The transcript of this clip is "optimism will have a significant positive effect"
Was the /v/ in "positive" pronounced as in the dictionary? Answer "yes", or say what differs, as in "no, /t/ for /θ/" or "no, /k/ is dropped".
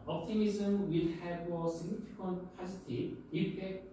no, /v/ is dropped